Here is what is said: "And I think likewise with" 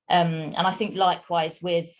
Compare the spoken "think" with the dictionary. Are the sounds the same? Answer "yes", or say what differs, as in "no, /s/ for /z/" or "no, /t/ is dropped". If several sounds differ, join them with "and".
yes